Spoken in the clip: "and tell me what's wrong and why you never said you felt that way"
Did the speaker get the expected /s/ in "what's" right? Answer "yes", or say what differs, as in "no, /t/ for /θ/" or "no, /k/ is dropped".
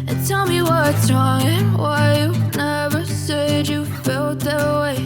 no, /s/ is dropped